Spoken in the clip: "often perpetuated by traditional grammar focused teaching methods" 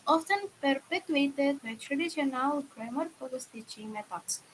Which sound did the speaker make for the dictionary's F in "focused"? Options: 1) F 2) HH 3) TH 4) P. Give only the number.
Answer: 4